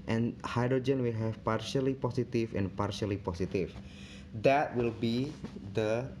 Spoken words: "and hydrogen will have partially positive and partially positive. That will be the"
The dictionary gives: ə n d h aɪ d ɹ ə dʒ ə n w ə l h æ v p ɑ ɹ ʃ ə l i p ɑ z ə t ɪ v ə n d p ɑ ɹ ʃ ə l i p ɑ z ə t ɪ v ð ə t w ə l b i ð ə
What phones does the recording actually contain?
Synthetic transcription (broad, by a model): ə n h aɪ d ɹ ə dʒ ə n w ə l h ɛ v p ɑ ɹ ʃ ə l i p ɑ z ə t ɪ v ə n p ɑ ɹ ʃ ə l i p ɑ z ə t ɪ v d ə t w ə l b i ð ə